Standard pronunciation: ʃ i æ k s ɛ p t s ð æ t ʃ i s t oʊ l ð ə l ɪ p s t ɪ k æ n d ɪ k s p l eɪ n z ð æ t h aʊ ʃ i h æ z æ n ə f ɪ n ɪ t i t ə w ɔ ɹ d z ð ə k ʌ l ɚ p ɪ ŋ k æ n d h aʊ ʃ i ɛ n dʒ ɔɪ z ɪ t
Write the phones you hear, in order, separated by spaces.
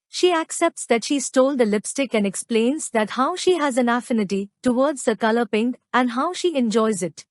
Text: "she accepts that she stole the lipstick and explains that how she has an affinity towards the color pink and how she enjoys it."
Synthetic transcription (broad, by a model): ʃ i æ k s ɛ p t s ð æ t ʃ i s t oʊ l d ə l ɪ p s t ɪ k æ n d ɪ k s p l eɪ n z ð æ t h aʊ ʃ i h æ z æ n ə f ɪ n ɪ t i t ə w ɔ ɹ d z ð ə k ʌ l ɚ p ɪ ŋ k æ n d h aʊ ʃ i ɛ n dʒ ɔɪ z ɪ t